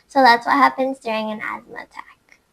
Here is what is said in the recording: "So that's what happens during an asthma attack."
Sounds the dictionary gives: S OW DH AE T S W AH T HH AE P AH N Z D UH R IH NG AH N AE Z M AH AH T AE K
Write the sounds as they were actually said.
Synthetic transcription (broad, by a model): S OW DH AE T S W AH T HH AE P AH N Z D UH R IH NG AH N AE Z M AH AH T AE K